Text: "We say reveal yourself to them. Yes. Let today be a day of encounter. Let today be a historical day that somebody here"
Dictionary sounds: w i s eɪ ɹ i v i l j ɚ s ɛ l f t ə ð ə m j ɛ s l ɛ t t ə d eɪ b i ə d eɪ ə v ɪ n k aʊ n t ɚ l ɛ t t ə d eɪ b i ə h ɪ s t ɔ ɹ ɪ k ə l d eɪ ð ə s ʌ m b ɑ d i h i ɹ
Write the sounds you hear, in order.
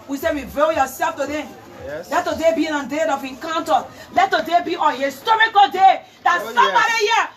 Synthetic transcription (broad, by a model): w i s eɪ w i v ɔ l j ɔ s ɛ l f t ə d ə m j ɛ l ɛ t t ə d eɪ b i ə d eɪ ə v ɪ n k aʊ n t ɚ l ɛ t t ə d eɪ b i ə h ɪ s t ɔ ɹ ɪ k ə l d eɪ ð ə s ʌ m b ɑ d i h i